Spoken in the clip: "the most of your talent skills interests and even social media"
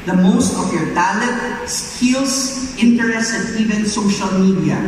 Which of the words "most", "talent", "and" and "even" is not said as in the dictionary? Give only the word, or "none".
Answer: talent